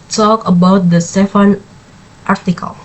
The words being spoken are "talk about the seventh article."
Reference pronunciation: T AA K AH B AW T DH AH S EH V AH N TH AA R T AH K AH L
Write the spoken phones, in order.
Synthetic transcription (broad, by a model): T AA K AH B AW T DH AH S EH F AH N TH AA R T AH K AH L